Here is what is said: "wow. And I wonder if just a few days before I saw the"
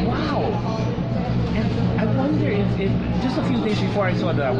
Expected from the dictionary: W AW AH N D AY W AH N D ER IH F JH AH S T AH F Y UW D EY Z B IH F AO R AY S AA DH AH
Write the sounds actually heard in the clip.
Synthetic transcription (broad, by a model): W AW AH N AY W AH N D ER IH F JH AH S T AH F Y UW D EY Z B IH F AO R AY S AA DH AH